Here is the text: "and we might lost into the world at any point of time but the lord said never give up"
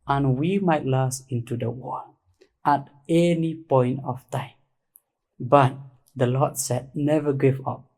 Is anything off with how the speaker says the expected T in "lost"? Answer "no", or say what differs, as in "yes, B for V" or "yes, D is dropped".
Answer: yes, T is dropped